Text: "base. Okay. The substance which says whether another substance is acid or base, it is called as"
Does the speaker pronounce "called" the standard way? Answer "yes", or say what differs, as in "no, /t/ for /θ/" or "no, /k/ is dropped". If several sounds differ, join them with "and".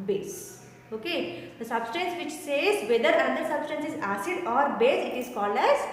no, /d/ is dropped